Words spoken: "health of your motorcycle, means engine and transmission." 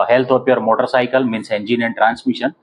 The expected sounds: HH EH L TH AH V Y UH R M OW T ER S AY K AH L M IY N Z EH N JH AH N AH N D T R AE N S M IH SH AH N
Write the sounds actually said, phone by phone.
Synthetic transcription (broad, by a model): HH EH L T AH P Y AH R M OW T ER S AY K AH L M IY N S EH N JH AH N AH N T R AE N S M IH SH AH N